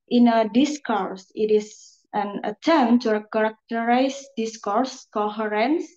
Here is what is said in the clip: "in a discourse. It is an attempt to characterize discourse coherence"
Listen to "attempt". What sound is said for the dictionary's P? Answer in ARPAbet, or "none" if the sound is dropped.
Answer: none